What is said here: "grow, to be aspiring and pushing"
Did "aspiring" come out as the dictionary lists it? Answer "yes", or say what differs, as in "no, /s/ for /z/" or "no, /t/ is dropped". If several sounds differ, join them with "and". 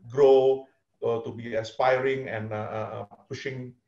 yes